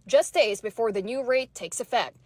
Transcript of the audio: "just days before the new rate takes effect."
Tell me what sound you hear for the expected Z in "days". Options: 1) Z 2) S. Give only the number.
1